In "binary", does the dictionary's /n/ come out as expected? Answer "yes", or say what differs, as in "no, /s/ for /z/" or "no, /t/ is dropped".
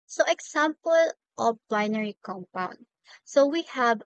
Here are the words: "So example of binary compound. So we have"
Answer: yes